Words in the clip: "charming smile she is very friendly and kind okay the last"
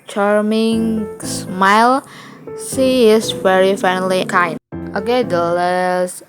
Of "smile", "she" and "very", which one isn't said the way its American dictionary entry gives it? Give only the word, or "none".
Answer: she